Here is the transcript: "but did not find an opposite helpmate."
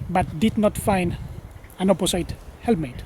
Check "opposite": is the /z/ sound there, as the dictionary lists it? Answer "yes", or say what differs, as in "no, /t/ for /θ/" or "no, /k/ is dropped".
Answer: no, /s/ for /z/